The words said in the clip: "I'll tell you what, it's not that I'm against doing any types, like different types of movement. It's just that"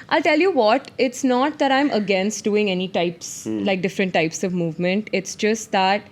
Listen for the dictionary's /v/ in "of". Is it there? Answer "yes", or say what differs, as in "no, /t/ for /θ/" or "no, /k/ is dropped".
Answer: yes